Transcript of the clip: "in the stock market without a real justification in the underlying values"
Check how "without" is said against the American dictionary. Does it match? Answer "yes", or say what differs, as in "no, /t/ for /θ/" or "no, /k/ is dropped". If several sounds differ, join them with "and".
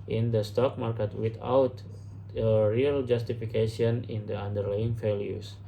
no, /t/ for /θ/